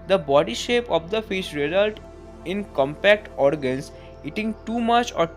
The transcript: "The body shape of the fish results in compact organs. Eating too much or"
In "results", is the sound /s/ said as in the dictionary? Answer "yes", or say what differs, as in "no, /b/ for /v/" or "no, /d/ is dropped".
no, /s/ is dropped